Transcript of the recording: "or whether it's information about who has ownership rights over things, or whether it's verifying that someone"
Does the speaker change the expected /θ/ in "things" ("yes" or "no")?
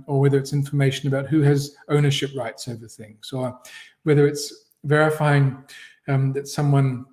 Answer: no